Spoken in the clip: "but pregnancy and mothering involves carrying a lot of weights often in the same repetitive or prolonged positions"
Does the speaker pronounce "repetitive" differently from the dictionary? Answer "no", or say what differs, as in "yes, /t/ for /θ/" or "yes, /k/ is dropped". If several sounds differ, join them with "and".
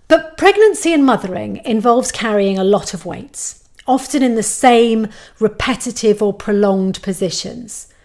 no